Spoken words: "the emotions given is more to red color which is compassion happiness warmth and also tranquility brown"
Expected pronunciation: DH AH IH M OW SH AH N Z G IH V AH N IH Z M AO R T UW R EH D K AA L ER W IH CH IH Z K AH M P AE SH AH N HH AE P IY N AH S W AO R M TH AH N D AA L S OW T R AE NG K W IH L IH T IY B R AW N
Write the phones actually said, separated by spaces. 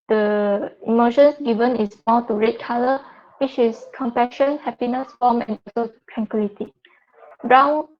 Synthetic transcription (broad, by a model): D AH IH M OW SH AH N S G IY V AH N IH S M AO T UW R EH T K AA L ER W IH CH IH S K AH M P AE SH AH N HH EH P IY N AH S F AO M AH N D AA S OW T R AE NG K W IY L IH T IY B R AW N